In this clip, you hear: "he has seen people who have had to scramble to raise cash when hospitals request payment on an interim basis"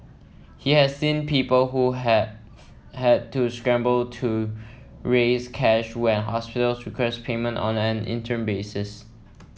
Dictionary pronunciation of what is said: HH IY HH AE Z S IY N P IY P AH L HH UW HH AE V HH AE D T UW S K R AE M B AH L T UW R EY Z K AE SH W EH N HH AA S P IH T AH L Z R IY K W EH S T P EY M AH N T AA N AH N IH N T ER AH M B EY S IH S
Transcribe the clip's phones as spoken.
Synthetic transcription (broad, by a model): HH IY HH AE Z S IY N P IY P AH L HH UW HH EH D T UW S K R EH M B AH L T UW R EY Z K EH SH W EH N HH AA S P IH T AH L S R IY K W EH S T P EY M AH N T AA N AH N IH N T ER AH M B EY S IH S